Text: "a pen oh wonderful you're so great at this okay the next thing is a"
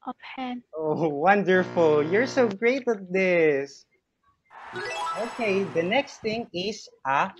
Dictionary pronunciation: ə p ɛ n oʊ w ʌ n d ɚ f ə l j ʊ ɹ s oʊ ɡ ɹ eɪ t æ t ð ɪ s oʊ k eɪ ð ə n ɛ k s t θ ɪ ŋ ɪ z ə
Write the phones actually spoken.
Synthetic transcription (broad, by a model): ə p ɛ oʊ w ʌ n d ɚ f ə l j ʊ ɹ s oʊ ɡ ɹ eɪ t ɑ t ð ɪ s oʊ k eɪ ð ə n ɛ k s t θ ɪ ŋ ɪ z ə